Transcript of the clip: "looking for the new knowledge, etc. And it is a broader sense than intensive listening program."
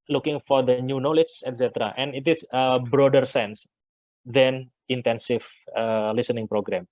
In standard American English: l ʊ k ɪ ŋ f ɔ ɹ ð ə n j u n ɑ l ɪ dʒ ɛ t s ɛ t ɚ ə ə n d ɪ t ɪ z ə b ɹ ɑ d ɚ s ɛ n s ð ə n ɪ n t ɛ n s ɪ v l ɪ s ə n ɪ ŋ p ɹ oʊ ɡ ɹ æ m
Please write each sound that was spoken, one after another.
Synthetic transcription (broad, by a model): l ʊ k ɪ ŋ f ɔ ɹ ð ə n j u n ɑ l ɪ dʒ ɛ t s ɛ t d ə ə n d ɪ t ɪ s ə b ɹ ɑ d ɚ s ɛ n s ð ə n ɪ n t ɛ n s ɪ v l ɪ s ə n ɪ ŋ p ɹ oʊ ɡ ɹ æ m